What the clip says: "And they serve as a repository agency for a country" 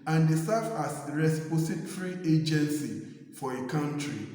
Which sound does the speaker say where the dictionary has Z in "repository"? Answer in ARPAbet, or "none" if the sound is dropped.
S